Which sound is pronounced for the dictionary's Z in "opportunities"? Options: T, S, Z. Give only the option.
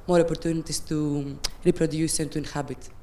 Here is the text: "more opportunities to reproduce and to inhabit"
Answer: S